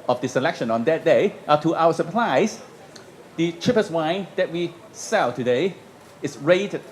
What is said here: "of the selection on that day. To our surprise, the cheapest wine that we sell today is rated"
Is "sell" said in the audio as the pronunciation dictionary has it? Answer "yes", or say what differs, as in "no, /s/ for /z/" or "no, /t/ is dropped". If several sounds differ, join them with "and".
yes